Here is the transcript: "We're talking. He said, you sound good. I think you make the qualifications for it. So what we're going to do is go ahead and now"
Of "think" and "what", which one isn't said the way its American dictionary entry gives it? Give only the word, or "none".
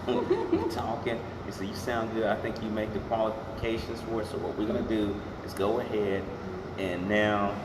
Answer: none